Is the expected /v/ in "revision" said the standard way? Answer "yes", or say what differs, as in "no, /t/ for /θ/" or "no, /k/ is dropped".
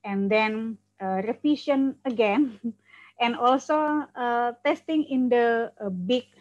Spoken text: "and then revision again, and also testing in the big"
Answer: no, /f/ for /v/